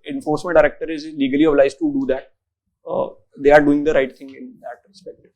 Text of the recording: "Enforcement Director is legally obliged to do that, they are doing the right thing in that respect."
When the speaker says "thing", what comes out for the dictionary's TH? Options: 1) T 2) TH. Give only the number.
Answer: 1